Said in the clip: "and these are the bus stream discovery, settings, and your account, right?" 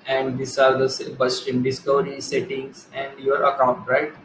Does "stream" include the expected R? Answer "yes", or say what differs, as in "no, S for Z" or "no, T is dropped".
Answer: no, R is dropped